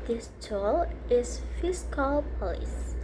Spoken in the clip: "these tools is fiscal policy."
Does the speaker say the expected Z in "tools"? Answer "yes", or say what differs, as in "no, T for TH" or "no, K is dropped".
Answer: no, Z is dropped